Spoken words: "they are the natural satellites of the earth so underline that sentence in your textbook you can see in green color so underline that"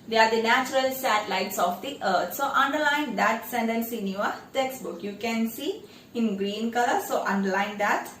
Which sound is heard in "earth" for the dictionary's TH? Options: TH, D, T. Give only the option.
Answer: T